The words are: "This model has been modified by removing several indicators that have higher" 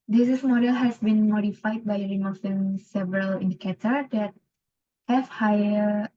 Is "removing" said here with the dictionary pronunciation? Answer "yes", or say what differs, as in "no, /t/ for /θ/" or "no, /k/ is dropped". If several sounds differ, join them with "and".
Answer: no, /f/ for /v/